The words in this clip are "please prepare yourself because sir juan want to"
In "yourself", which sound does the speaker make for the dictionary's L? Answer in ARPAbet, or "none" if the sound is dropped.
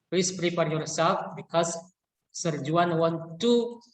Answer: none